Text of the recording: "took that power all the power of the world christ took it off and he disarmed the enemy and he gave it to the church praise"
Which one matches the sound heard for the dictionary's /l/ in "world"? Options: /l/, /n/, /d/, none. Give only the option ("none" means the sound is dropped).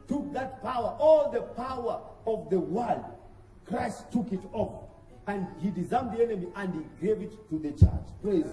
/l/